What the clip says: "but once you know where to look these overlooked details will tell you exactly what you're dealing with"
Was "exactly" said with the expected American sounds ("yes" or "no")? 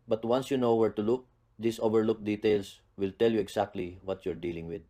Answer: no